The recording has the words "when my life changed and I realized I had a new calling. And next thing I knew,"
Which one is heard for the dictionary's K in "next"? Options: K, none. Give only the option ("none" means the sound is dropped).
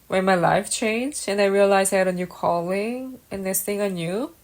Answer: none